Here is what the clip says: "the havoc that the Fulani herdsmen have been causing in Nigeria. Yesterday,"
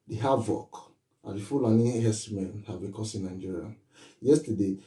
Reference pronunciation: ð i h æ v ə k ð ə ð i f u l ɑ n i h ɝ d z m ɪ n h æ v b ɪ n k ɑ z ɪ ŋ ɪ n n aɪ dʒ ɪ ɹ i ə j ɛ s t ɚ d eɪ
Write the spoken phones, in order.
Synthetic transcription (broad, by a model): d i h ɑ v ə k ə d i f u l ɑ n i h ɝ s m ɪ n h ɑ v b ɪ k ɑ s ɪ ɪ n n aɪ dʒ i ɹ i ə j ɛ s t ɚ d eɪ